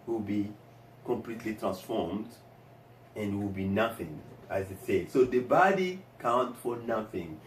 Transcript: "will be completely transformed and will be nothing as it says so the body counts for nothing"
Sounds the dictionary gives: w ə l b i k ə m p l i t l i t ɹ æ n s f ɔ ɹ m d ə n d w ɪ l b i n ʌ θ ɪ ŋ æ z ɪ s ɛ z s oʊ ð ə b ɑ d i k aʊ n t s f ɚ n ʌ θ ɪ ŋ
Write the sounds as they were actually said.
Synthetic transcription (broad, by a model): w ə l b i k ə m p l i t l i t ɹ æ n s f ɔ ɹ m d ə n d w ɪ l b i n ʌ θ ɪ ŋ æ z ɪ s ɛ s oʊ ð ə b ɑ d i k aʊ n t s f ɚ n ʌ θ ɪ ŋ